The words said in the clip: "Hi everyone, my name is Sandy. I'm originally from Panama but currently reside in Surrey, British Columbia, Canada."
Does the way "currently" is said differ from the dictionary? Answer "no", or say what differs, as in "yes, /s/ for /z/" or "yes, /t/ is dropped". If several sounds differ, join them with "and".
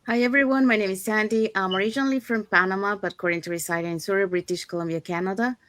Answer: yes, /l/ is dropped